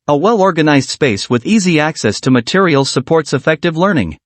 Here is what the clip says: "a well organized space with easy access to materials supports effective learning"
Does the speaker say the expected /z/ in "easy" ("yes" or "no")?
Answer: yes